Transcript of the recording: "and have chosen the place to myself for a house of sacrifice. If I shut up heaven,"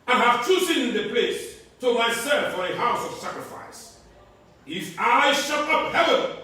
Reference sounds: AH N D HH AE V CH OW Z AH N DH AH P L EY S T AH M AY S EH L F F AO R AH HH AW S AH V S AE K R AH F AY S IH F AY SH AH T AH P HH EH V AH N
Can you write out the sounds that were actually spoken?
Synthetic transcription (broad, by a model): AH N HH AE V S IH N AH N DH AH P L EY S T AH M AY S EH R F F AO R AH HH AW S AH V S AE K R AH F AY S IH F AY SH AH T AH P HH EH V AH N